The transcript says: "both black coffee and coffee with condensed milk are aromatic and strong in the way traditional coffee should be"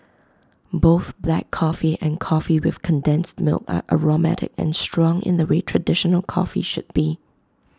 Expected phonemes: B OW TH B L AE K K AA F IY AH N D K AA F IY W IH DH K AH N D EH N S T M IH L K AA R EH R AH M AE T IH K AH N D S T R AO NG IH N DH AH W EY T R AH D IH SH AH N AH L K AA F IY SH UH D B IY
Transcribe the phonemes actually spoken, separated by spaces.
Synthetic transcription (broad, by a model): B OW TH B L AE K K AA F IY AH N K AA F IY W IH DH K AH N D EH N S T M IH L K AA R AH R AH M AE T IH K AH N S T R AO NG IH N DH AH W EY T R AH D IH SH AH N AH L K AA F IY SH UH D B IY